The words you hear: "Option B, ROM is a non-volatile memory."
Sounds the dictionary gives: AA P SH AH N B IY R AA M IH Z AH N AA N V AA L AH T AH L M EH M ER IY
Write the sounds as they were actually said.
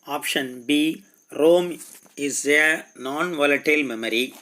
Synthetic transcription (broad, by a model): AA P SH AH N B IY R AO M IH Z AH N AA N V AA L AH T AH L M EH M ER IY